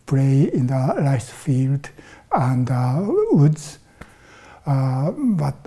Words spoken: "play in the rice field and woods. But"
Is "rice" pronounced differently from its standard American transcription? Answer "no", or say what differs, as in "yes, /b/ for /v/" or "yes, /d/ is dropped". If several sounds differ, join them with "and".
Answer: yes, /l/ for /ɹ/